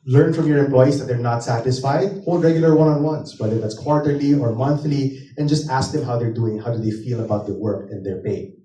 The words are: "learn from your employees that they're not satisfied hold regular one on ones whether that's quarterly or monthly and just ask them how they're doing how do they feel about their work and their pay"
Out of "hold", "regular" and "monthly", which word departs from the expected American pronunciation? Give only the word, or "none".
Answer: none